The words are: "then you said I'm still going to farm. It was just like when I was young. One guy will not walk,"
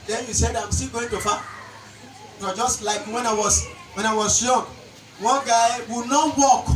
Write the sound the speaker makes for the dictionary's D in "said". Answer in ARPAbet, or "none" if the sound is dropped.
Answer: D